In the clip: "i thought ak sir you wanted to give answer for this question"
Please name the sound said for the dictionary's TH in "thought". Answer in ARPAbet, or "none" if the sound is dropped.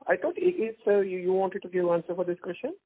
T